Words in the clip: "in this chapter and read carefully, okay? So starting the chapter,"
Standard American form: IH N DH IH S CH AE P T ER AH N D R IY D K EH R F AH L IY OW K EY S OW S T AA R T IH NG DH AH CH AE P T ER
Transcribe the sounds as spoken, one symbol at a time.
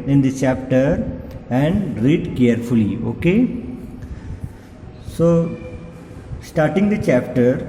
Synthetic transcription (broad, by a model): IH N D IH CH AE P T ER AH N D R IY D K EH R F AH L IY OW K EY S OW S T AA R T IH NG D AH CH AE P T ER